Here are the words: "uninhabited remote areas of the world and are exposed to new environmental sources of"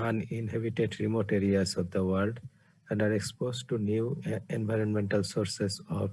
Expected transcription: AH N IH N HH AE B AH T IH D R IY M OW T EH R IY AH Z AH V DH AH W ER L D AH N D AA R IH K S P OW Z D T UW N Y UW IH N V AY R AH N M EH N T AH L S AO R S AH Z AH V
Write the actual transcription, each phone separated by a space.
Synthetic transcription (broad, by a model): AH N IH N HH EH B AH T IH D R IY M OW T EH R IY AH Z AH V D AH W ER L D AH N D AA R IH K S P OW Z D T UW N Y UW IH N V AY R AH N M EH N T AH L S AO R S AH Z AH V